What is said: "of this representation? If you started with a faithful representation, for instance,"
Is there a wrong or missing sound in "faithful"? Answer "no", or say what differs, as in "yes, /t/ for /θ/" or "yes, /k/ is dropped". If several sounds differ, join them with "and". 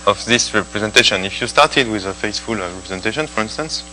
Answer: yes, /s/ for /θ/